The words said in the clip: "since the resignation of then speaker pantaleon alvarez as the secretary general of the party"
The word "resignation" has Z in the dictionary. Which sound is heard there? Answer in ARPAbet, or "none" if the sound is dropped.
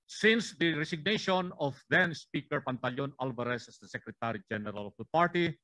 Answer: S